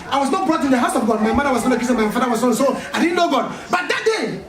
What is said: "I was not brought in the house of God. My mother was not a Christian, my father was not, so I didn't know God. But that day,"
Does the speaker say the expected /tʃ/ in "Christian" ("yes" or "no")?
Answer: no